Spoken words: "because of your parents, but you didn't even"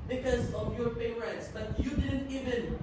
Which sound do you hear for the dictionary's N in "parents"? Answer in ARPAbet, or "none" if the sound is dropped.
none